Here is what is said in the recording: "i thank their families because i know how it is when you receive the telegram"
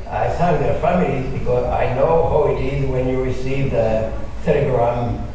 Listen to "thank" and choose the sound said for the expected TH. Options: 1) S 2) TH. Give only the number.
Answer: 1